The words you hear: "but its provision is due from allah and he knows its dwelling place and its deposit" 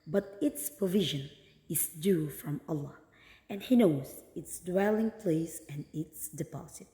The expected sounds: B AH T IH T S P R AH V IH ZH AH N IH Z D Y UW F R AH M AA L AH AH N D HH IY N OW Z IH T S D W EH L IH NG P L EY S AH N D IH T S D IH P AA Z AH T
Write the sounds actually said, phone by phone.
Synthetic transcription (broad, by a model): B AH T IH T S P R AH V IH ZH AH N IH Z D Y UW F R AH M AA L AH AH N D HH IY N OW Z IH T S D W EH L IH NG P L EY S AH N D IH T S D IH P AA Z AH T